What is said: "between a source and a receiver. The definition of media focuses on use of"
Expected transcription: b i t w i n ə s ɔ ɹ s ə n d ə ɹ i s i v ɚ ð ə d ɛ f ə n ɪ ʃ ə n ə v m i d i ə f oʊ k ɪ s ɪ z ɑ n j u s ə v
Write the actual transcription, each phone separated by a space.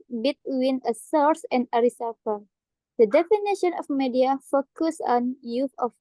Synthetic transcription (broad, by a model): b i t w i n ə s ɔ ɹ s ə n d ə ɹ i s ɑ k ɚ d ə d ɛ f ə n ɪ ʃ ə n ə f m i d i ə f oʊ k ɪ s ɑ n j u θ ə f